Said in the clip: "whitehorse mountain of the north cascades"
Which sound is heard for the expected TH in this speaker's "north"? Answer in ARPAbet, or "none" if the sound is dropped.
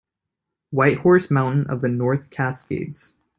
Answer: TH